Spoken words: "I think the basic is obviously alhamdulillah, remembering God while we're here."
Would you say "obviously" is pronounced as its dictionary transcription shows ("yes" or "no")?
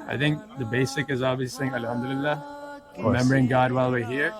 no